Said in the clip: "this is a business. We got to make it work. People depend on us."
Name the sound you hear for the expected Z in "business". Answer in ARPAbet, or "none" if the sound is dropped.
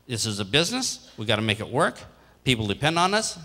Z